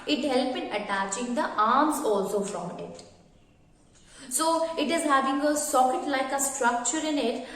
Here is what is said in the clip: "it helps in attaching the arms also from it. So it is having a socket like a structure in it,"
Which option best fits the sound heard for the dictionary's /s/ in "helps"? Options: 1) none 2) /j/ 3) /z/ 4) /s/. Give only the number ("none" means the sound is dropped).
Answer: 1